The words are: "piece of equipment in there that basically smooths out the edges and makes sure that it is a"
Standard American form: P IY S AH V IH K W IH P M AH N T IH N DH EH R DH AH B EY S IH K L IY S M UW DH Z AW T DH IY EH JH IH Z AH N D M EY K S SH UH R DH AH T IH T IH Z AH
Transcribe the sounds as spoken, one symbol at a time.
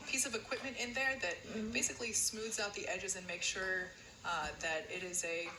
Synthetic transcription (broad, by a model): P IY S AH V IH K W IH P M AH N T IH N DH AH R DH AH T EY S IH K L IY S M UW DH Z AW T DH IY EH JH IH Z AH N M EY K SH UH R DH AH T IH T IH Z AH